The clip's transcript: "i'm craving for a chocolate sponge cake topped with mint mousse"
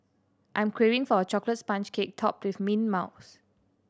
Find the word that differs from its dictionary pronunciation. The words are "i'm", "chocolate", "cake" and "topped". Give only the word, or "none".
none